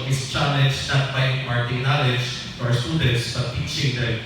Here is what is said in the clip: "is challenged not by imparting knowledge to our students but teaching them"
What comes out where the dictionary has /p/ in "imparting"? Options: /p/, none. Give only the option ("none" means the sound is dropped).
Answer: none